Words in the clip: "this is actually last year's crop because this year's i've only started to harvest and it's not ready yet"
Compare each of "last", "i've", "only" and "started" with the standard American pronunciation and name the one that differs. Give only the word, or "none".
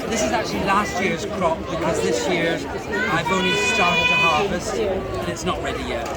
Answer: only